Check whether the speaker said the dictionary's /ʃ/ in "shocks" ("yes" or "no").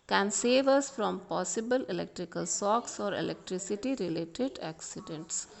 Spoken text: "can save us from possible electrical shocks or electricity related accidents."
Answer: no